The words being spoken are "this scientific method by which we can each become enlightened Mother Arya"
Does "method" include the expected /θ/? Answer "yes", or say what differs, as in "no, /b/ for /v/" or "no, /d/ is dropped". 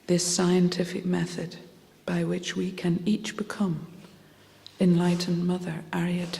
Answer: yes